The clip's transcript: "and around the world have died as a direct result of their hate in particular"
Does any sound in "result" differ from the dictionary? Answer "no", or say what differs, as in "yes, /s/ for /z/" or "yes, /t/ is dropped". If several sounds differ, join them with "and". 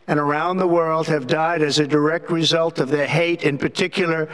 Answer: no